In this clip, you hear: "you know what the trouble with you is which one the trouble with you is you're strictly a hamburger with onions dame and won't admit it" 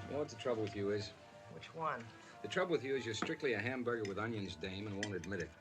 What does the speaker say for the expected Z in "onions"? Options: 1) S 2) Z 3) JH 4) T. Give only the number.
2